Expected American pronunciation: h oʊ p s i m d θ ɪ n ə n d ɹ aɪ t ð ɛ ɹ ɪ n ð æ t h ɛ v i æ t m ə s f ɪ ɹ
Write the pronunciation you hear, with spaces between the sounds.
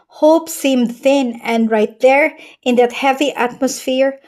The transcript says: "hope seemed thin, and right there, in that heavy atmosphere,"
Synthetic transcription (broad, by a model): h oʊ p s i m d θ ɪ n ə n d ɹ aɪ t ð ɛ ɹ ɪ n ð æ t h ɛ v i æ t m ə s f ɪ ɹ